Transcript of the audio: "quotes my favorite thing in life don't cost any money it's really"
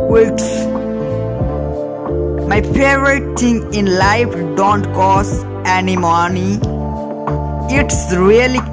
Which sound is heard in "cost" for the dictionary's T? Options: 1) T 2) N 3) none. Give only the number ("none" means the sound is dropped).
3